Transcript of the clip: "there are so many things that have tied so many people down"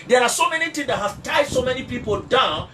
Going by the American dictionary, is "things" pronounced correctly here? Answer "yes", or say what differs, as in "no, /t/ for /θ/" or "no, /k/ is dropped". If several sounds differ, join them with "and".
no, /t/ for /θ/